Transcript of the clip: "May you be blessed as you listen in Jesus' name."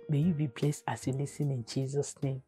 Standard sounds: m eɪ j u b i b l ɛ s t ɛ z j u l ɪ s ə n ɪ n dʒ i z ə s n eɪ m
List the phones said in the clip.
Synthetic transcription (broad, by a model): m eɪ j u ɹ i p l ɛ s ɑ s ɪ l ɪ s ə n ɪ n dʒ i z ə s n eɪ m